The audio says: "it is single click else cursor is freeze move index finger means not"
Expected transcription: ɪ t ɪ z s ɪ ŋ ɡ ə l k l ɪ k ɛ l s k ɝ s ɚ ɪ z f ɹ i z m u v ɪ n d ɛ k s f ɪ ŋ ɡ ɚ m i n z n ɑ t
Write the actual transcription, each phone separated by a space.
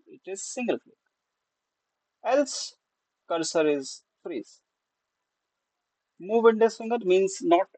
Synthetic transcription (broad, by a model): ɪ t ɪ z s ɪ ŋ ɡ ə l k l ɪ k ɛ l s k ɝ s ɚ ɪ z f ɹ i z m u v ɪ n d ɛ s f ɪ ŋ ɡ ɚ m i n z n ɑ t